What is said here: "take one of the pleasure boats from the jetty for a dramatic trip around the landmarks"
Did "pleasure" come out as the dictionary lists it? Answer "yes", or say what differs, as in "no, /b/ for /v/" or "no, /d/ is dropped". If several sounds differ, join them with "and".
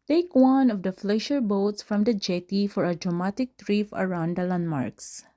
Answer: no, /f/ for /p/ and /ʃ/ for /ʒ/